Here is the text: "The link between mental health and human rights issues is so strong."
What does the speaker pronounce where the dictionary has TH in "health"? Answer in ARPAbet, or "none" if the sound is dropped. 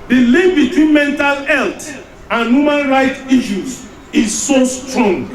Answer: T